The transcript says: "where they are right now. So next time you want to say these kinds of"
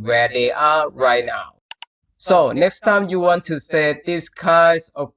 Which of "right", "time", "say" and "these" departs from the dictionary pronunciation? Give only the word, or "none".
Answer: these